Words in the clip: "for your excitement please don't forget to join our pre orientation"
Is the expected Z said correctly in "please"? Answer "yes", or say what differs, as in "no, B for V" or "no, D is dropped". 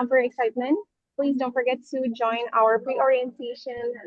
yes